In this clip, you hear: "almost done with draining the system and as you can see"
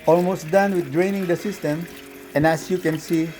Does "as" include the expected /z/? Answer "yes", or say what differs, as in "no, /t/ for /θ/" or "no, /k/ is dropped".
no, /s/ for /z/